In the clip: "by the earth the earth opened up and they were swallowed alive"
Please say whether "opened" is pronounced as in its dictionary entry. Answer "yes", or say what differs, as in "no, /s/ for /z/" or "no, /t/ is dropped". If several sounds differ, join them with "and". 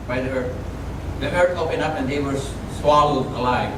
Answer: no, /d/ is dropped